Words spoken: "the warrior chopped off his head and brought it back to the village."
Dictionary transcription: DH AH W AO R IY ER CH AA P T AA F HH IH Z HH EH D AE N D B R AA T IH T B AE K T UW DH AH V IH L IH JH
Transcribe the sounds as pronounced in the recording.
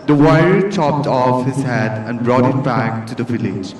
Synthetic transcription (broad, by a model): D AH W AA IY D CH AA P T AA F HH IH Z HH EH D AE N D B R AA T IH T B AE K T UW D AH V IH L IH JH